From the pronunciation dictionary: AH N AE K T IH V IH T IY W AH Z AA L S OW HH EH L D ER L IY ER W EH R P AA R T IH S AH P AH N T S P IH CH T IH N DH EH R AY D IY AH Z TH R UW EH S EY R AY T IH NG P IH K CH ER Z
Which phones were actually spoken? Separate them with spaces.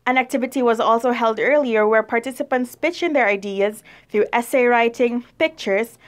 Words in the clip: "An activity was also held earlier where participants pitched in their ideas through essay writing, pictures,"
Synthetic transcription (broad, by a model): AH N AE K T IH V IH T IY W AH Z AA L S OW HH EH L D ER L IY ER W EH R P AA R T IH S AH P AH N T S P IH CH IH N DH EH R AY D IY AH Z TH R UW EH S EY R AY T IH NG P IH K CH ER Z